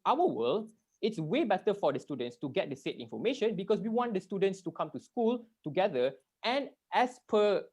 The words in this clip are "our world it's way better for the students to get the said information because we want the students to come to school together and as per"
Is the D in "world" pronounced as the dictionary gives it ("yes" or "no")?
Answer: no